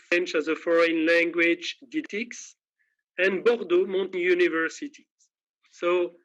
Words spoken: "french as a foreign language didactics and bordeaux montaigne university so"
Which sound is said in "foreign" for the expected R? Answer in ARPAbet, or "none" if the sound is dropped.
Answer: R